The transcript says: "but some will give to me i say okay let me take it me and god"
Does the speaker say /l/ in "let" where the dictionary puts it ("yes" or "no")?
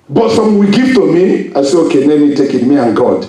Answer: no